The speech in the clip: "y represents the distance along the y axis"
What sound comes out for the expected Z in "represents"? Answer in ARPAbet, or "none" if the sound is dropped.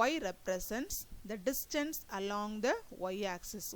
S